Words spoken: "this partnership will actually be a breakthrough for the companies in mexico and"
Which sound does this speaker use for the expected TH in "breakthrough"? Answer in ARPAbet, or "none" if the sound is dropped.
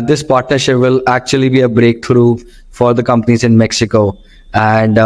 T